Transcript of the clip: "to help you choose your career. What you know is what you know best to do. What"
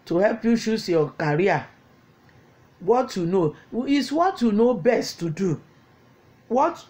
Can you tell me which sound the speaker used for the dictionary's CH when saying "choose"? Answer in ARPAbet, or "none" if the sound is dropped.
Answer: SH